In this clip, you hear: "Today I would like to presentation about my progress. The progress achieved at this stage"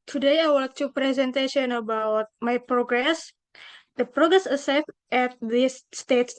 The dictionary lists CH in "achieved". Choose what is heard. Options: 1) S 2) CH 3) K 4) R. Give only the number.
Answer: 1